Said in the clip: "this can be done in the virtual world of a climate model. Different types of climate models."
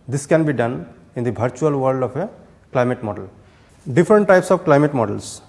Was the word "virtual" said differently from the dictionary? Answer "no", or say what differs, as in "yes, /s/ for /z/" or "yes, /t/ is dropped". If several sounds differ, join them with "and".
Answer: yes, /b/ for /v/